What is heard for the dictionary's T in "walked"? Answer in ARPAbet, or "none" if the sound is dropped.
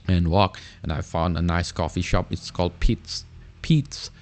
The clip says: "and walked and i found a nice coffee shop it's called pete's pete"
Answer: none